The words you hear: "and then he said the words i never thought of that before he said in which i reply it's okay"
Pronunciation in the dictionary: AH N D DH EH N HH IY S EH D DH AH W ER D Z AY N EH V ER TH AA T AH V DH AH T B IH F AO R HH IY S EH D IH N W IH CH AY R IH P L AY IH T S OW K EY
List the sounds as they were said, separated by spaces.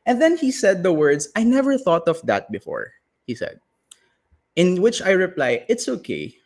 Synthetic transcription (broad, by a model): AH N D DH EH N HH IY S EH D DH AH W ER D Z AY N EH V ER TH AA T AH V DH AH T B IH F AO R HH IY S EH D IH N W IH CH AY R IH P L AY IH T S OW K EY